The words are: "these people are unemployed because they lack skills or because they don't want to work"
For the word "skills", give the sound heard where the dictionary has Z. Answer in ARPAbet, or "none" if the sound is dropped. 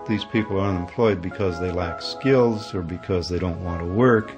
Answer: Z